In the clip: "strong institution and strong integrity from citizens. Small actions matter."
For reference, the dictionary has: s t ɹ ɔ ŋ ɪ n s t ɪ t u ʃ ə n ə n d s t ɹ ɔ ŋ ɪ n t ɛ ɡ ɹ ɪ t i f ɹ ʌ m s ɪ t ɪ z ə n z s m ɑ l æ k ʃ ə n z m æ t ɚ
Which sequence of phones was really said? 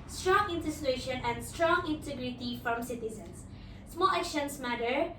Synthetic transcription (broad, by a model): s t ɹ ɔ ŋ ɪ n t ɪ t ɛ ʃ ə n ə n d s t ɹ ɔ ŋ ɪ n t ɛ ɡ ɹ ɪ t i f ɹ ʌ m s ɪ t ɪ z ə n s s m ɑ l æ k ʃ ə n s m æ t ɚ